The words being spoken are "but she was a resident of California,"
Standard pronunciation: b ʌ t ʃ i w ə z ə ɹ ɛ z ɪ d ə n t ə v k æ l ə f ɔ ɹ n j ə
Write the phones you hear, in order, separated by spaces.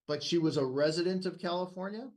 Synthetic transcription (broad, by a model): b ʌ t ʃ i w ə z ə ɹ ɛ z ɪ d ə n t ə v k æ l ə f ɔ ɹ n j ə